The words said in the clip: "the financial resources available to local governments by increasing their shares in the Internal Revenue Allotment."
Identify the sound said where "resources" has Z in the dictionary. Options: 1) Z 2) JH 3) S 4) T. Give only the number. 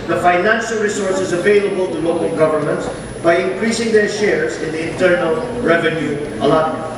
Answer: 1